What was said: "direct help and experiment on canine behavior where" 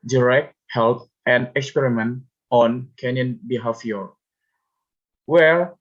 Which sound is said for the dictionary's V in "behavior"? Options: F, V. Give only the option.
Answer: F